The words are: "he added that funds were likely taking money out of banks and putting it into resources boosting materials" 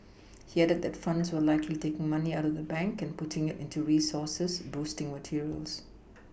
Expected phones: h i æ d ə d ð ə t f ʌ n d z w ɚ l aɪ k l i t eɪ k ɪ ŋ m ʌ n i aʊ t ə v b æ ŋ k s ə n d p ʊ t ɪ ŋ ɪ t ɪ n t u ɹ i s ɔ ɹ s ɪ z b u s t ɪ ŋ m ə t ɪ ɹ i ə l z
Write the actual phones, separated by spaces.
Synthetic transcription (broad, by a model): h i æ d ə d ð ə t f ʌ n d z w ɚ l aɪ k l i t eɪ k ɪ ŋ m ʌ n i aʊ t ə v b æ ŋ k ə n p ʊ t ɪ ŋ ɪ t ɪ n t u ɹ i s ɔ s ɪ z b u s t ɪ ŋ m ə t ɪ ɹ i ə l s